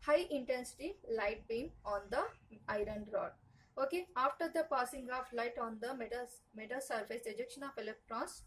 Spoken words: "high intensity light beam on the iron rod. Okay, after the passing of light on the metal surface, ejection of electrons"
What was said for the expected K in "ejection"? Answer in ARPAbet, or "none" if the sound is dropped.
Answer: K